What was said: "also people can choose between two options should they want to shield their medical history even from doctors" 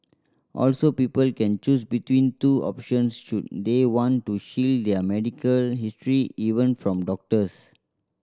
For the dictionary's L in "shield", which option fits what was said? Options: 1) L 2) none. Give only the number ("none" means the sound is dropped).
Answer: 1